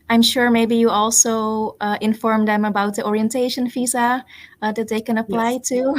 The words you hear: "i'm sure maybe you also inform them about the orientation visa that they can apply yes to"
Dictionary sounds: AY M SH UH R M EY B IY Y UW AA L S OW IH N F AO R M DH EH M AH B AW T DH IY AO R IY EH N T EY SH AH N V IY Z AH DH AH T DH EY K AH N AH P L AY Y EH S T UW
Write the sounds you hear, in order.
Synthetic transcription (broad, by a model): AY M SH UH R M EY B IY Y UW AA L S OW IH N F AO R M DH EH M AH B AW T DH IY AO R IY EH N T EY SH AH N F IY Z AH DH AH T DH EY K AH N AH P L AY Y T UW